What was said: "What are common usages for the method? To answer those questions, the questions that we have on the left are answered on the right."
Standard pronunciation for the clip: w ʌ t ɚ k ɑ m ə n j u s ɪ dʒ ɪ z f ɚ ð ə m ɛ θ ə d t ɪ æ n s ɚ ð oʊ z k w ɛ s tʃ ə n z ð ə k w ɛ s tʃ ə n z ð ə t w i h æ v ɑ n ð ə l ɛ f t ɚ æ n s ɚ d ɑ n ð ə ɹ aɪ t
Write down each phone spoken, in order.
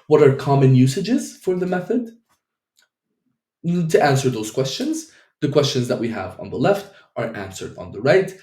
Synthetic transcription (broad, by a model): w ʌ t ɚ k ɑ m ə n j u s ɪ dʒ ɪ z f ɚ ð ə m ɛ θ ə d t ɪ æ n s ɚ ð oʊ z k w ɛ s tʃ ə n z ð ə k w ɛ s tʃ ə n z ð ə t w i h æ v n ð ə l ɛ f t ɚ æ n s ɚ d n ð ə ɹ aɪ t